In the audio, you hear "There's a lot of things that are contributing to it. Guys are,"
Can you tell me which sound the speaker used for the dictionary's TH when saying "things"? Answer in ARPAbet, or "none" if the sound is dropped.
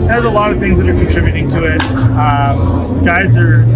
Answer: TH